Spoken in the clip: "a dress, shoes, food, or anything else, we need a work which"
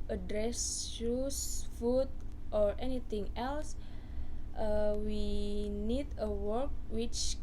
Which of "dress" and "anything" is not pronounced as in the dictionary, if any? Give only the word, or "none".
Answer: anything